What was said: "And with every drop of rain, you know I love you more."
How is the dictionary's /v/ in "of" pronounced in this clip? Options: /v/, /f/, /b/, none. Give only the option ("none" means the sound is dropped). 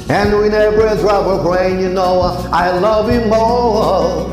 /b/